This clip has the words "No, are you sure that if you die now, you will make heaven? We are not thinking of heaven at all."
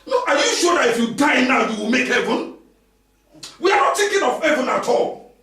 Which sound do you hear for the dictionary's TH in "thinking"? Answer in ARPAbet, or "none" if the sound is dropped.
T